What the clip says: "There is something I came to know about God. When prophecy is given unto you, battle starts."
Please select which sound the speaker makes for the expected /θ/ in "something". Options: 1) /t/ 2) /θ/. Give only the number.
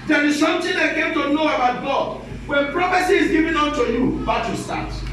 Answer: 1